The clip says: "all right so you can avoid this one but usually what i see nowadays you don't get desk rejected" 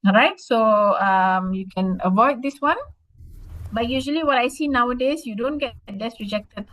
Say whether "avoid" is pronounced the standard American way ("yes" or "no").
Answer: yes